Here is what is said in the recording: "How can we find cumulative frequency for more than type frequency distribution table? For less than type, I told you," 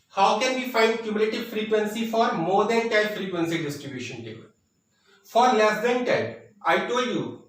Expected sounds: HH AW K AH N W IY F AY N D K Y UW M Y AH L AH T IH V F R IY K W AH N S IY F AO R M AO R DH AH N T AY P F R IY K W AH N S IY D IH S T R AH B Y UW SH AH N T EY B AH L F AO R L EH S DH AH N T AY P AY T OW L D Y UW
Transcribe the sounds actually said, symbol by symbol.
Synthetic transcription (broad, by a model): HH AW K AH N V IY F AY N D K Y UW M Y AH L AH T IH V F R IY K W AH N S IY F AO R M AO R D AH N T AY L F R IY K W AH N S IY D IH S T R AH B Y UW SH AH N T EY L F AO R L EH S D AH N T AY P AY T OW L D Y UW